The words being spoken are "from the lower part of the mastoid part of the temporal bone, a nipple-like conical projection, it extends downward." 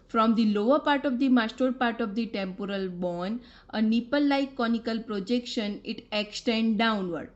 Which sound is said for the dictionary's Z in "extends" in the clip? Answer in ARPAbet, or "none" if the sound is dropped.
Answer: none